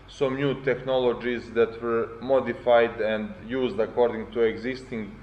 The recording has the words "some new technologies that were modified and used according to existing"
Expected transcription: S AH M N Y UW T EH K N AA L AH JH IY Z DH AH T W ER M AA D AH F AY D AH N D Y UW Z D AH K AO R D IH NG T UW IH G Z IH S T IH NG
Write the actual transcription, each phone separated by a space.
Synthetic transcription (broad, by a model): S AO M N Y UW T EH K N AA L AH JH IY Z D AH T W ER M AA D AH F AY D AH N D Y UW Z D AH K AO R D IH NG T UW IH G Z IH S T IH NG